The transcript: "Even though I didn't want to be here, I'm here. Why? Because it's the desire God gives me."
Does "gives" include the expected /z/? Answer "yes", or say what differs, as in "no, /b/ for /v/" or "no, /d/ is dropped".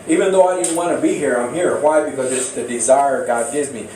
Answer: yes